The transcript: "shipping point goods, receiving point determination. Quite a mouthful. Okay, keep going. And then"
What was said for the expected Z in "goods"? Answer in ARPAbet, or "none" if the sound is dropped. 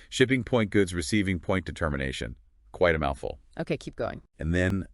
Z